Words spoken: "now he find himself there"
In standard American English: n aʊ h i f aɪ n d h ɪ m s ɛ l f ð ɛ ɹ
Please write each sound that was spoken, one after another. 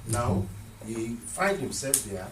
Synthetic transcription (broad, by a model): n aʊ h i f aɪ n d h ɪ m s ɛ l f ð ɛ